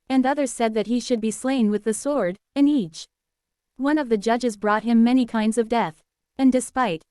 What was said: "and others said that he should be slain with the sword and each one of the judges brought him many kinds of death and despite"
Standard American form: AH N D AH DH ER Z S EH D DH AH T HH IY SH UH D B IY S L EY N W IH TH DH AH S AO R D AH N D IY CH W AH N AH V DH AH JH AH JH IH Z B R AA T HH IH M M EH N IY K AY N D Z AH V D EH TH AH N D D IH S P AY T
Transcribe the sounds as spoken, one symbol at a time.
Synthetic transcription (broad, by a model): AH N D AH DH ER Z S EH D DH AH T HH IY SH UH D B IY S L EY N W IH DH AH S AO R D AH N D IY CH W AH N AH V DH AH JH AH JH IH Z B R AA T HH IH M M EH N IY K AY N D Z AH V D EH TH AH N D D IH S P AY T